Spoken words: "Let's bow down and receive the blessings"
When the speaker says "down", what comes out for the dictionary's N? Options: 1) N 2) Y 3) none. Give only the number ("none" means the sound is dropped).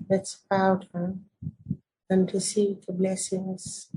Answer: 3